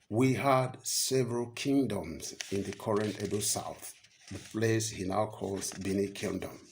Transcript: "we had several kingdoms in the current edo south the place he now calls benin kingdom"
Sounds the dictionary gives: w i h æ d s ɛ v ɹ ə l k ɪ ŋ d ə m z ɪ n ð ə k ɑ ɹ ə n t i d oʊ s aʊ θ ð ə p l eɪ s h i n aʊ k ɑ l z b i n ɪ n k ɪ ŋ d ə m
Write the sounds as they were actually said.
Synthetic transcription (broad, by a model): w i h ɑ d s ɛ v ɹ ə l k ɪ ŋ d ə m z ɪ n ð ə k ɑ ɹ ə n t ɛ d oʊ s aʊ θ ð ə p l eɪ s h i n aʊ k ɑ l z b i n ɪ k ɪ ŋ d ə m